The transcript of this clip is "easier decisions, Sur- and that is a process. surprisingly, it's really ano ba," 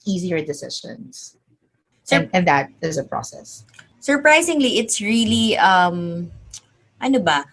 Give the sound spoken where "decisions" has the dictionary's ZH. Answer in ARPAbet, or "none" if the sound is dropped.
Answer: SH